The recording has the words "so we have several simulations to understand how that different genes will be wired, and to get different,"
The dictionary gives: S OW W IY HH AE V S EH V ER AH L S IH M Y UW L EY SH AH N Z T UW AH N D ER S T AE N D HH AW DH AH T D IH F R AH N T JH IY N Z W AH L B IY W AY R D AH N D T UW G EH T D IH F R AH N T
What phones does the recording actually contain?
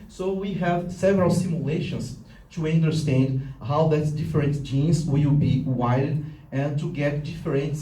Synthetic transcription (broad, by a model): S OW W IY HH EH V S EH V ER AH L S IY M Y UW L EY SH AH N S T UW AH N D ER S T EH N D HH AW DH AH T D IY F R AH N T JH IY N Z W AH W B IY W AY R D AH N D T UW G EH T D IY F R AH N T